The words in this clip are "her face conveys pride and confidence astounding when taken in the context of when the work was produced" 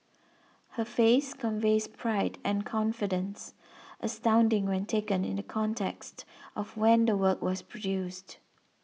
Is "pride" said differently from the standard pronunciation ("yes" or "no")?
no